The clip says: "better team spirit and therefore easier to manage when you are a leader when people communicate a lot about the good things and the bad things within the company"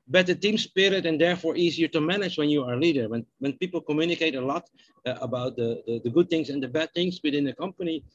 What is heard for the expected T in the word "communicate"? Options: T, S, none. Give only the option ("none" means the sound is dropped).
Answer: T